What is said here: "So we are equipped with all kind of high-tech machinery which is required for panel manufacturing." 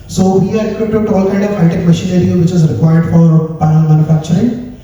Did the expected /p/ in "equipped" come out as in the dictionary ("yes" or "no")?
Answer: no